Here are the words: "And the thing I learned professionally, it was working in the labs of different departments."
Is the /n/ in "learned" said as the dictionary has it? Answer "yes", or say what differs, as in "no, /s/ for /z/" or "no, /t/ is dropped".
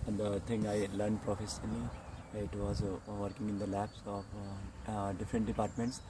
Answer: yes